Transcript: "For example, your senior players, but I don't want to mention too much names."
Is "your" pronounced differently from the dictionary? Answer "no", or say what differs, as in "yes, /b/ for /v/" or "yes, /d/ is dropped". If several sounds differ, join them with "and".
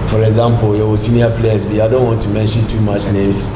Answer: yes, /w/ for /ɹ/